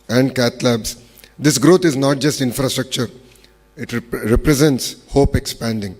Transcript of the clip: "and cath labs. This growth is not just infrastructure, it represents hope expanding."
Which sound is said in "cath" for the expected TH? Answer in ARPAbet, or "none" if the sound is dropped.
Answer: T